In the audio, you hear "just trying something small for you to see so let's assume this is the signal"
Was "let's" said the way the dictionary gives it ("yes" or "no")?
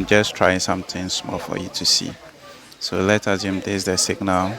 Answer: no